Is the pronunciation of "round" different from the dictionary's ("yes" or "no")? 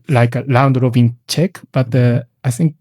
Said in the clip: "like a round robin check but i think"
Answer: yes